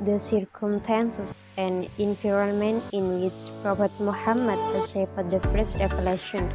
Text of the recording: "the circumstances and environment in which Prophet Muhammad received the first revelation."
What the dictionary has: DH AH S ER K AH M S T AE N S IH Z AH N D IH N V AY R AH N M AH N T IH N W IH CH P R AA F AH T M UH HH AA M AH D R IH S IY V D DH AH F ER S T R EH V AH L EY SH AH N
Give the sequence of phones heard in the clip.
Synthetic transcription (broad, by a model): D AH S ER K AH M S T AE N S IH S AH N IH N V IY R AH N M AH N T IH N W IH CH P R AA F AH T M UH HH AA M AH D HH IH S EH F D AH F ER S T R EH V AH L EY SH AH N